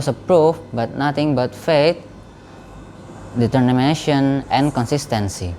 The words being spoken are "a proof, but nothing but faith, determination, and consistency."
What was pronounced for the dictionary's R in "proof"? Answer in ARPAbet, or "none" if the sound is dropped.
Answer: R